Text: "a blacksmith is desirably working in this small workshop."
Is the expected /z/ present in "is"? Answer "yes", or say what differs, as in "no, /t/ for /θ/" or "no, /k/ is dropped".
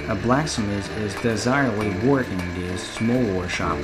yes